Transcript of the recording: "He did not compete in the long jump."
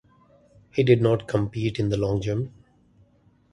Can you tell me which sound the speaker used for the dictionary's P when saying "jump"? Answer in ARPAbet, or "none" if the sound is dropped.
none